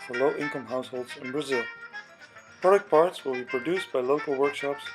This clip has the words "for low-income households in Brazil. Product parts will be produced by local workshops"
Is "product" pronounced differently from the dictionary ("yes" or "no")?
no